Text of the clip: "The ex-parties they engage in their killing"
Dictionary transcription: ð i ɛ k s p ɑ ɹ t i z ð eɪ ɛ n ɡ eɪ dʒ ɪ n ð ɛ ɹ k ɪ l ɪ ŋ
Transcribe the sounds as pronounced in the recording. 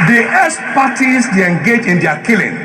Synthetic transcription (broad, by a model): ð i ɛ s p ɑ t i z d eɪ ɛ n ɡ eɪ dʒ ɪ n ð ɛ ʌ k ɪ l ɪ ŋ